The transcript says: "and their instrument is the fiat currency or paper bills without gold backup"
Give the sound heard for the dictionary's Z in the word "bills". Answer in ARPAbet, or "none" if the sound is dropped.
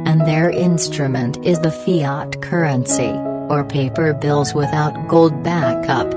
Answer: Z